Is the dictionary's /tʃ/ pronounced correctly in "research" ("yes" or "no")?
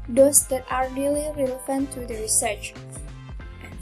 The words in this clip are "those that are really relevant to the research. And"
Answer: yes